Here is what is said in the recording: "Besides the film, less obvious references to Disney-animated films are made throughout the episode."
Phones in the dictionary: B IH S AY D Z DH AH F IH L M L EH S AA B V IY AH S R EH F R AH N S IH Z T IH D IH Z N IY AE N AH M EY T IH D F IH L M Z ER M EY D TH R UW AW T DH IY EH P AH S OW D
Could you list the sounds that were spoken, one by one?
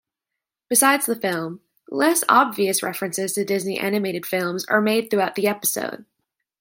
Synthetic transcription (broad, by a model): B IH S AY D Z DH AH F IH L M L EH S AA B V IY AH S R EH F R AH N S IH Z T IH D IH Z N IY AE N AH M EY T IH D F IH L M Z ER M EY D TH R UW AW T DH IY EH P AH S OW D